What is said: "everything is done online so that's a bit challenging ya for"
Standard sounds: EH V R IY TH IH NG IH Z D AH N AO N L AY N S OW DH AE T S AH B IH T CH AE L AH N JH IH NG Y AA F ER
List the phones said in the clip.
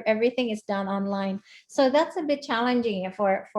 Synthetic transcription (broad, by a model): EH V R IY TH IH NG IH Z D AH N AO N L AY N S OW DH AE T S AH B IH T CH AE L AH N JH IH NG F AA F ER